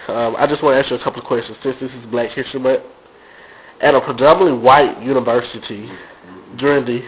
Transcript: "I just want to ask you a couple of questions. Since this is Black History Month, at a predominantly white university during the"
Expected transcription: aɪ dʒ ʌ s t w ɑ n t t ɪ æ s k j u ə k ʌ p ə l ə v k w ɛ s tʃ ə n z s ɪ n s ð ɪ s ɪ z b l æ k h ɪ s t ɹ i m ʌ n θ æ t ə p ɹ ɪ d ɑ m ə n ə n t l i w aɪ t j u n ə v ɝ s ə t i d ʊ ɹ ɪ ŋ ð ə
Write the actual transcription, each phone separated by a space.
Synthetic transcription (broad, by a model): aɪ dʒ ʌ s t w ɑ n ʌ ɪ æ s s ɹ ə k ʌ p l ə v k w ɛ s tʃ ə n z s ɪ n s ð ɪ s ɪ z b l æ k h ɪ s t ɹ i m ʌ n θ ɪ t ə p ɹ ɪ d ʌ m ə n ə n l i w aɪ t j u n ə v ɝ s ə t i d ʊ ɹ ɪ ŋ ð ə